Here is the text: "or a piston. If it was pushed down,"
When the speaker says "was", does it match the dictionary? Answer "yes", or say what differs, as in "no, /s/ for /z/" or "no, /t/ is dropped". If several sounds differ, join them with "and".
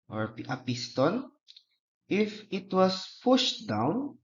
no, /s/ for /z/